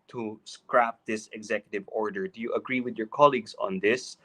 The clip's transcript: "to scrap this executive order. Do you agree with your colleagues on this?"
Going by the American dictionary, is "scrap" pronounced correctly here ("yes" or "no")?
yes